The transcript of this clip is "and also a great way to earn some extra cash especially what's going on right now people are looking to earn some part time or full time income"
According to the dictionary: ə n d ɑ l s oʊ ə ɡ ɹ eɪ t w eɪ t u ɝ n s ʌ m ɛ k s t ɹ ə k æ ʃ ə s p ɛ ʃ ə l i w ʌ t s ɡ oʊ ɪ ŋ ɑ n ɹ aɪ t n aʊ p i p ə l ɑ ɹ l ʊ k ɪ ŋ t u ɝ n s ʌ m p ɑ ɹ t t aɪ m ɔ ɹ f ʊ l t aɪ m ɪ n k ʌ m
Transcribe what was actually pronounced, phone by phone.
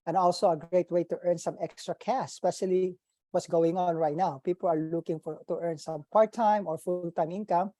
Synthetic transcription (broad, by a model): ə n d ɑ l s oʊ ə ɡ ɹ eɪ t w eɪ t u ɝ n s ʌ m ɛ k s t ɹ ə k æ s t s p ɛ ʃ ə l i w ʌ t s ɡ oʊ ɪ ŋ ɑ n ɹ aɪ t n aʊ p i p ə l ɑ ɹ l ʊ k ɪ ŋ t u ɝ n s ʌ m p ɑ ɹ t t aɪ m ɔ ɹ f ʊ l t aɪ m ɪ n k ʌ m